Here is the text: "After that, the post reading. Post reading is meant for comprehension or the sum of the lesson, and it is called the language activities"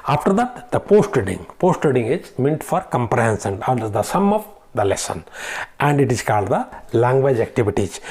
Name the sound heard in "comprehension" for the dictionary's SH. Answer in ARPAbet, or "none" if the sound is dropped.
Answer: S